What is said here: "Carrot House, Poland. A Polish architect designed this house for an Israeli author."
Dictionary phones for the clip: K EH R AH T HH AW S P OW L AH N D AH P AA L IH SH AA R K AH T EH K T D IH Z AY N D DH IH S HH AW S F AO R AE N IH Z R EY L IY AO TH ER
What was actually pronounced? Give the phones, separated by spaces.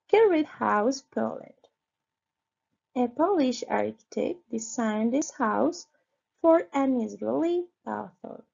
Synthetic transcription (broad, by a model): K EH R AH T HH AW S P OW L AH N D AH P AA L IH SH AA R K AH T EH K T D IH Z AY N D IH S HH AW S F AO R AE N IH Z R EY L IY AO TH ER